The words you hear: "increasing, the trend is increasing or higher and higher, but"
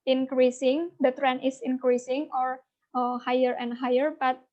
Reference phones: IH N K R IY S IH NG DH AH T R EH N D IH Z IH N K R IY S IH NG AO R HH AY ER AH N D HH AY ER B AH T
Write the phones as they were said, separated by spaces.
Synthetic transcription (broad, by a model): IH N K R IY S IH NG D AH T R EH N IH S IH N K R IY S IH NG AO R HH AY ER AH N D HH AY ER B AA T